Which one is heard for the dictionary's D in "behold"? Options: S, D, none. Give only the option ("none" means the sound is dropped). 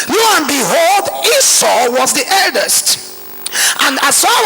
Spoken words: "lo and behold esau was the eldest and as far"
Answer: D